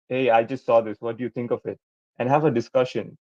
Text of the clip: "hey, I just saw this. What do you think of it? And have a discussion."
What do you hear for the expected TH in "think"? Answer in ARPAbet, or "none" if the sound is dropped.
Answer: T